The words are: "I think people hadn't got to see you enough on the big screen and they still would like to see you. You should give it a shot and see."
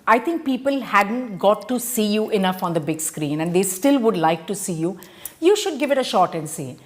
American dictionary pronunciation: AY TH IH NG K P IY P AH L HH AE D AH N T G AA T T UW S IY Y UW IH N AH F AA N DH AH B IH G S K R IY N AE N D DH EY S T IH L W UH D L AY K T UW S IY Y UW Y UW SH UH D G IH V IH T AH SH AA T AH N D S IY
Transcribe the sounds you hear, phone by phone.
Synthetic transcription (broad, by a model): AY T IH NG K P IY P AH L HH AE D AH N T G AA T T UW S IY Y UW IH N AH F AA N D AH B IH G S K R IY N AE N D EY S T IH L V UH D L AY K T UW S IY Y UW Y UW SH UH D G IH V IH T AH SH AA T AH N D S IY